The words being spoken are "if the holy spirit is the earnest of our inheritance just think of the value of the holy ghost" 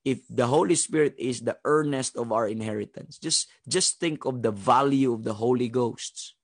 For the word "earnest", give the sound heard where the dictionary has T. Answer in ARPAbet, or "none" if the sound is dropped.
T